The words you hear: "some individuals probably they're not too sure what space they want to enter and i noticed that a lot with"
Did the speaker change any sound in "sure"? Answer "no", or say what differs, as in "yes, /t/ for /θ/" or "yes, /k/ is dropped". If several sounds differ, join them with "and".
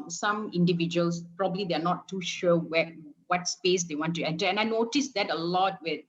yes, /w/ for /ɹ/